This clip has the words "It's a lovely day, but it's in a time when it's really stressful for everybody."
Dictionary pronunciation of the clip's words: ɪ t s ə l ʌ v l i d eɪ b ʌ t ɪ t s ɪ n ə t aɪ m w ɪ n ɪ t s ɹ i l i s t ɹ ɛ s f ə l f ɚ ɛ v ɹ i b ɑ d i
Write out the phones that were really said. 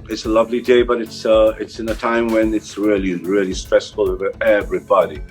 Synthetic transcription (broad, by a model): ɪ t s ə l ʌ v l i d eɪ b ʌ t ɪ t s ɪ n ə t aɪ m w ɪ n ɪ t s ɹ i l i s t ɹ ɛ s f ə l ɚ ɛ v ɹ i b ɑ d i